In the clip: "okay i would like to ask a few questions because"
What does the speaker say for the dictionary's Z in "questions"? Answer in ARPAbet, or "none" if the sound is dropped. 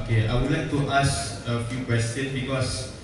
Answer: none